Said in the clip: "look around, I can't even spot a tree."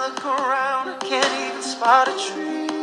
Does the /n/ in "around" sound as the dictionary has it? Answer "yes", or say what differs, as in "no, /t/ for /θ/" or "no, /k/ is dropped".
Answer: yes